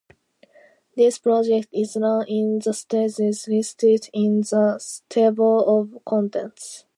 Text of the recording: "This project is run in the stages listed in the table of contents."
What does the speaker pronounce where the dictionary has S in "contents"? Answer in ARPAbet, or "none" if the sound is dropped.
S